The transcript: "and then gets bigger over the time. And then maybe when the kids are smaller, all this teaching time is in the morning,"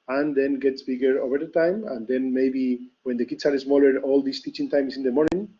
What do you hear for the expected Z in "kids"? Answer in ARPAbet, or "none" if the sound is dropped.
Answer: S